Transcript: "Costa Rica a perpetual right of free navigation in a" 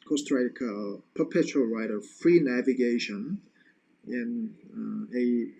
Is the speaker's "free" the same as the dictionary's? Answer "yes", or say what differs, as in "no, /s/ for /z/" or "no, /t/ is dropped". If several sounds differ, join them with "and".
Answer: yes